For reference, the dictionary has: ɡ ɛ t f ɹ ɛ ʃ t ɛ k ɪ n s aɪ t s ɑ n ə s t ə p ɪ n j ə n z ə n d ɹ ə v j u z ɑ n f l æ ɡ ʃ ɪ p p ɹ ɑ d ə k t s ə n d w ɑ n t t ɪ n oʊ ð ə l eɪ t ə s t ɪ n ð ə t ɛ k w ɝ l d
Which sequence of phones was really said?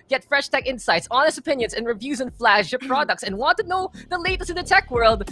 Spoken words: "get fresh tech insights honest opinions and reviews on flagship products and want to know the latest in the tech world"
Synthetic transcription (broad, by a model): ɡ ɛ t f ɹ ɛ ʃ t ɛ k ɪ n s aɪ t s ɑ n ə s t ə p ɪ n j ə n z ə n ɹ ə v j u z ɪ n f l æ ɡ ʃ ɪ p p ɹ ɑ d ə k t s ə n w ɑ n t t ɪ n oʊ ð ə l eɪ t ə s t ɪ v ð ə t ɛ k w ɝ l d